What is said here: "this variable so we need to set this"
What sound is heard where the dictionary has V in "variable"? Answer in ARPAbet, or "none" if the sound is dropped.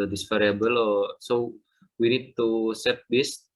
F